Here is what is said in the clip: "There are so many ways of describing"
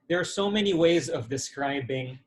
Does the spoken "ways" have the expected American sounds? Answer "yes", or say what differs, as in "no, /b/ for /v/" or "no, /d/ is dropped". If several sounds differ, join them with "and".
yes